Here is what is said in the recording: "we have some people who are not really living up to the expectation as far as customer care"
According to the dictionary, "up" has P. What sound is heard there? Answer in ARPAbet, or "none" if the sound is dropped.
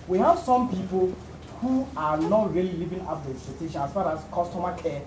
F